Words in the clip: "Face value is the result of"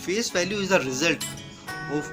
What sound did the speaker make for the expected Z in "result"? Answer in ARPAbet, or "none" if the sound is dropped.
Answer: Z